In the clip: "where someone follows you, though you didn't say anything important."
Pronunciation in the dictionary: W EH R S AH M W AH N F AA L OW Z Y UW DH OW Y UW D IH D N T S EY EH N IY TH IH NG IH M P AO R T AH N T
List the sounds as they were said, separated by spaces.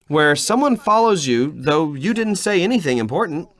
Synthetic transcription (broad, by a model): W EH R S AH M W AH N F AA L OW Z Y UW DH OW Y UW D IH D N T S EY EH N IY TH IH NG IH M P AO R T N T